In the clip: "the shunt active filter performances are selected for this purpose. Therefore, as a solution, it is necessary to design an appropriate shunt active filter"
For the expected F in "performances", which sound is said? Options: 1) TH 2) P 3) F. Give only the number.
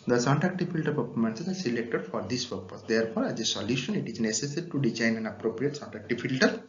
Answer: 2